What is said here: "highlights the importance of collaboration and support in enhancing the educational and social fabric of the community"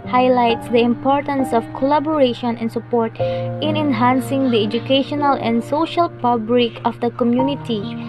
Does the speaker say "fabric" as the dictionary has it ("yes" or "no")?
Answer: no